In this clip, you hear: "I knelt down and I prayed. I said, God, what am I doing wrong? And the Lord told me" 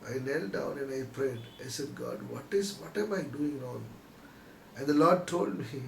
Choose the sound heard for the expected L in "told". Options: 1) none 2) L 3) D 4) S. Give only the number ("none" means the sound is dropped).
2